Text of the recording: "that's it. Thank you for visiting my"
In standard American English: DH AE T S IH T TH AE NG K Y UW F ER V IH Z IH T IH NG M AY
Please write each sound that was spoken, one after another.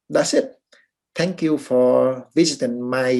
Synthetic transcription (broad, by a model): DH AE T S IH T T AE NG K Y UW F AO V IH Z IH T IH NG M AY